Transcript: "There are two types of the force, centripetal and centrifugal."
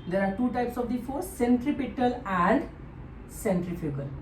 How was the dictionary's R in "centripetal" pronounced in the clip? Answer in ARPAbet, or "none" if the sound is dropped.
R